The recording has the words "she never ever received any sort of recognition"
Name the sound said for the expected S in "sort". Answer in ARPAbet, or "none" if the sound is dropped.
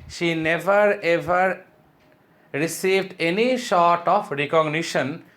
SH